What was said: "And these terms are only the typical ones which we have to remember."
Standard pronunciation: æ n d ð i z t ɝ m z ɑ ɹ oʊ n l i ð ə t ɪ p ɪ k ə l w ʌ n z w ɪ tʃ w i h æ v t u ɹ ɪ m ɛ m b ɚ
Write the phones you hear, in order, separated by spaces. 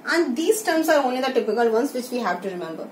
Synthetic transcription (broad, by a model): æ n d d i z t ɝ m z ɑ ɹ oʊ n i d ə t ɪ p ɪ k ə l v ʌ n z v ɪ tʃ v i h æ v t u ɹ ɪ m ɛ m b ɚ